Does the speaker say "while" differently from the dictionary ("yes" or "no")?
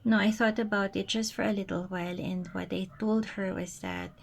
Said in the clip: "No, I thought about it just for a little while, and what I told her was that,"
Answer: no